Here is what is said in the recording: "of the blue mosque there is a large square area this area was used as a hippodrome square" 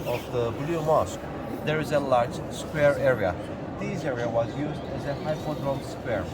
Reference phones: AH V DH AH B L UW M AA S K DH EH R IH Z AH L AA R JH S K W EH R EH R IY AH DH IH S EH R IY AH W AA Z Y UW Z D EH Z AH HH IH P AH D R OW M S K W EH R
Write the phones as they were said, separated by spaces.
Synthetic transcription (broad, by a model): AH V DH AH B L UW M AA S K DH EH R IH Z AH L AA R JH S K W EH R EH R IY AH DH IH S EH R IY AH W AA Z Y UW Z D EH Z AH HH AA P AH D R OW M S K W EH R